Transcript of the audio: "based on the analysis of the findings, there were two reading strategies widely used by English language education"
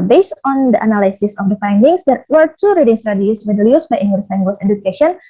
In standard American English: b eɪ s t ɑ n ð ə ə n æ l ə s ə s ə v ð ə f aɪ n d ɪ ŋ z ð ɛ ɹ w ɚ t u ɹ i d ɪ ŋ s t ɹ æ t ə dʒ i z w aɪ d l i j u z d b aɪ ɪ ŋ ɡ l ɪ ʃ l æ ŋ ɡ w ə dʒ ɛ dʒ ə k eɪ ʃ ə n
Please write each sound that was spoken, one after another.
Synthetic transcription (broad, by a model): b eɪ s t ɑ n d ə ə n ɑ l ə s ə s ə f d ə f aɪ n d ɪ ŋ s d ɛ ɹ w ɚ t u ɹ i d ɪ ŋ s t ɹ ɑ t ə i s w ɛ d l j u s b aɪ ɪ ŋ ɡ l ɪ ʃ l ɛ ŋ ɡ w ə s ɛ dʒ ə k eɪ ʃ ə n